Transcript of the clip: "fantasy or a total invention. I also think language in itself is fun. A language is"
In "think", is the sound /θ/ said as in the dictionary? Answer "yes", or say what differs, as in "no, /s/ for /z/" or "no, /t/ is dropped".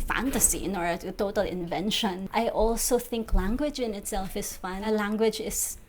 yes